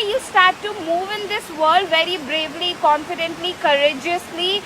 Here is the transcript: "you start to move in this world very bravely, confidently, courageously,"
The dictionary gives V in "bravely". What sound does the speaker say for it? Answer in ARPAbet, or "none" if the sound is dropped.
V